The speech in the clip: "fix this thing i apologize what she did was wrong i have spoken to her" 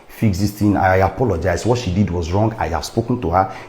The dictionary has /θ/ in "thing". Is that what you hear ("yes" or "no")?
no